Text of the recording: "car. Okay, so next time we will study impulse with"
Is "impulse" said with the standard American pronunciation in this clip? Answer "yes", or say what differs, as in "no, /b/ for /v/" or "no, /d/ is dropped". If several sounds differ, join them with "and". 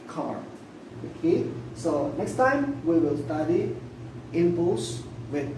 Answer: no, /l/ is dropped